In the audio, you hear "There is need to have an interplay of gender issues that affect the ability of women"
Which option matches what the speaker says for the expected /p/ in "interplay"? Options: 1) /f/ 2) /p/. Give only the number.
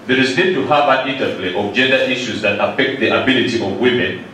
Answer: 1